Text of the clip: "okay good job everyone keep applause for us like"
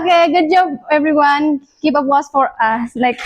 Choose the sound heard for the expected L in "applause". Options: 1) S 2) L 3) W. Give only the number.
3